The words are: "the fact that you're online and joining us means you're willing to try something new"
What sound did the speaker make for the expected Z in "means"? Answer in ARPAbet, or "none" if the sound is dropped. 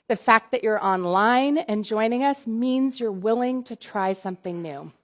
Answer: Z